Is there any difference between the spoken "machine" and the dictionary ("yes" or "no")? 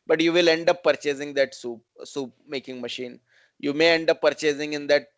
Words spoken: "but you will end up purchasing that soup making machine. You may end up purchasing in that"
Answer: no